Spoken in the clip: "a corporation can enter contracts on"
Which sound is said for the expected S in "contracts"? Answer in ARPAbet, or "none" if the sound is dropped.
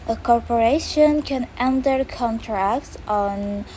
S